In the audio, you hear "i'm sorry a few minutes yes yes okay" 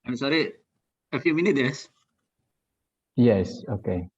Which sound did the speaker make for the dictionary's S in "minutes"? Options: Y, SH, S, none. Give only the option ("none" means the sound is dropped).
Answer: none